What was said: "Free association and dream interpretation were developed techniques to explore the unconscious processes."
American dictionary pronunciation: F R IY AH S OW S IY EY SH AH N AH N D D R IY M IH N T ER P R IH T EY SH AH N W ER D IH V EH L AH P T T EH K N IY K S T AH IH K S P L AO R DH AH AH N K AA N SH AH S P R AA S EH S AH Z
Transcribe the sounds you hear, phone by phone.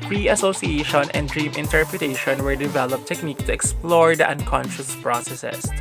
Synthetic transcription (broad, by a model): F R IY AH S OW S IY EY SH AH N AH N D D R IY M IH N T ER P R IH T EY SH AH N W ER D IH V EH L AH P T T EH K N IY K T AH IH K S P L AO R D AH AH N K AA N SH AH S P R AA S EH S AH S